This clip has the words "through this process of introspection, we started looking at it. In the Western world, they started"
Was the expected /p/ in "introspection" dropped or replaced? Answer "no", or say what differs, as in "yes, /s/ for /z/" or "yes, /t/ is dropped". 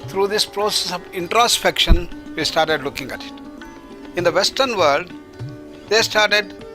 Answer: no